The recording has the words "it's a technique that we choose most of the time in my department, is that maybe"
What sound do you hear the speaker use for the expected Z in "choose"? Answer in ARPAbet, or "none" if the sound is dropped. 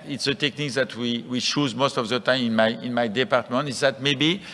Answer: Z